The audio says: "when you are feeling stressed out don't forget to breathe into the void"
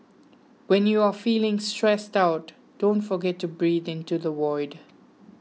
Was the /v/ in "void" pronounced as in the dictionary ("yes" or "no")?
no